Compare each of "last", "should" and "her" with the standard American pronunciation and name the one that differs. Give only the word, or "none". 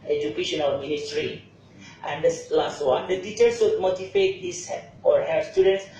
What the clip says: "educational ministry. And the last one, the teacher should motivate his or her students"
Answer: should